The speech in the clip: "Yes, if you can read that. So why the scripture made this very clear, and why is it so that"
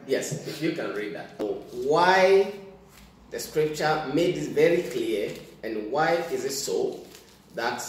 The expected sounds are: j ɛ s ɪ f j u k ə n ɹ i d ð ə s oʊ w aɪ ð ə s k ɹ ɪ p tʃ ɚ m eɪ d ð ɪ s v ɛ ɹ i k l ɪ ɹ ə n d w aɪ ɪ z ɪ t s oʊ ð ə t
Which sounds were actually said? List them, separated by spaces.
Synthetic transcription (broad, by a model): j ɛ s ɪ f j u k ə n ɹ i d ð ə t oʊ w aɪ ð ə s k ɹ ɪ p tʃ ɚ m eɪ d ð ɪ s v ɛ ɹ i k l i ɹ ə n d w aɪ ɪ z ɪ t s oʊ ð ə t